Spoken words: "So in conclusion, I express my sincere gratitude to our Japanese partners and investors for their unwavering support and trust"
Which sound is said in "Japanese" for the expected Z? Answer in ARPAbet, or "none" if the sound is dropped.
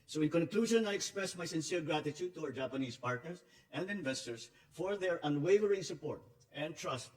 S